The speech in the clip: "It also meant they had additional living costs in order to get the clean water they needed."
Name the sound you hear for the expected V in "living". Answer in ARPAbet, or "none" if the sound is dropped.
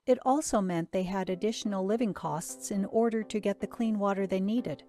V